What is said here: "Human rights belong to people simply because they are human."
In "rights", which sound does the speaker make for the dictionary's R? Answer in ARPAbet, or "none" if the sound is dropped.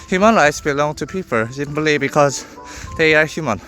R